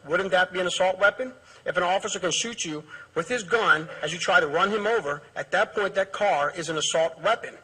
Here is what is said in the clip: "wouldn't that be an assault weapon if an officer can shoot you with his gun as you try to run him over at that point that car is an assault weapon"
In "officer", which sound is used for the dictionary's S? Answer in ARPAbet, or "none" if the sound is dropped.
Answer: S